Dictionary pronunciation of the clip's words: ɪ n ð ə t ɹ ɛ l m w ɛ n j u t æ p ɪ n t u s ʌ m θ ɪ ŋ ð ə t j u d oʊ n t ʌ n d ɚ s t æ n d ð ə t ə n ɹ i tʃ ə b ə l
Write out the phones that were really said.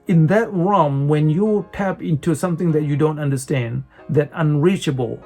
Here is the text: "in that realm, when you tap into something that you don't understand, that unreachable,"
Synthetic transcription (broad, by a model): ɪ n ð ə t ɹ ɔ m w ɛ n j u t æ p ɪ n t u s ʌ m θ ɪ ŋ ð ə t j u d oʊ n t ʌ n d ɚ s t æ n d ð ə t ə n ɹ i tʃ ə b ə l